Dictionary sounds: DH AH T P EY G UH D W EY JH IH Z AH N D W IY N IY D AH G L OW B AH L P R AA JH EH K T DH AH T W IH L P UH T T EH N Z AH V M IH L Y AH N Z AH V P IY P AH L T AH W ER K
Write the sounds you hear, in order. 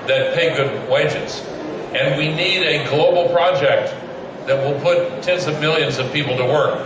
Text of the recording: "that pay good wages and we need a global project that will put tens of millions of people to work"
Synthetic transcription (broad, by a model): DH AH T P EY G UH D W EY JH IH Z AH N W IY N IY D AH G L OW B L P R AA JH EH K T DH AH T W IH L P UH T T EH N Z AH V M IH L Y AH N Z AH V P IY P L T AH W ER K